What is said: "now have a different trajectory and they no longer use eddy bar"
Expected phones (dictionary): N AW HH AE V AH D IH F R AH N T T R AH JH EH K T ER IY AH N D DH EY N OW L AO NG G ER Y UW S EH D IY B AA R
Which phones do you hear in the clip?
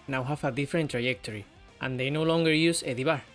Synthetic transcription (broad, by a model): N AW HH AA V AH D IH F R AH N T T R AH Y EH K T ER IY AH N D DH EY N OW L AO NG G ER Y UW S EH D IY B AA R